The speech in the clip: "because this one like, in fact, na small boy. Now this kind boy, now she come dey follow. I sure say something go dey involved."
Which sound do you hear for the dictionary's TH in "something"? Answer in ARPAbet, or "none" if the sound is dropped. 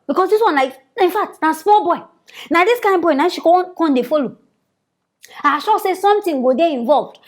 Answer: T